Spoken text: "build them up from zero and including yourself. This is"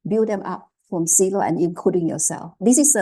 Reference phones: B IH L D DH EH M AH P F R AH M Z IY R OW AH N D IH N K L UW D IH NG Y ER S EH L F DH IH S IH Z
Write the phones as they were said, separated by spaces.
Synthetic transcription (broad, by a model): B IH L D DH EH M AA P F R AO M S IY L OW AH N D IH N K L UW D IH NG Y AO S EH L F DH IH S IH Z